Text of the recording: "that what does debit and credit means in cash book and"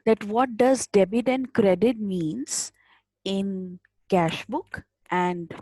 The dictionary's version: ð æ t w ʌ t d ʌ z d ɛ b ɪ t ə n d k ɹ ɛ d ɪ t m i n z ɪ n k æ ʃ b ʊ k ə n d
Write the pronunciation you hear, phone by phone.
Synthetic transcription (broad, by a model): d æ t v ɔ t d ʌ z d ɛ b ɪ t ə n d k ɹ ɛ d ɪ t m i n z ɪ n k æ ʃ b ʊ k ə n d